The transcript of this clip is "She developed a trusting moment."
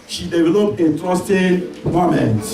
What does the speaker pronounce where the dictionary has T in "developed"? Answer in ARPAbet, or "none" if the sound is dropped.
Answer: none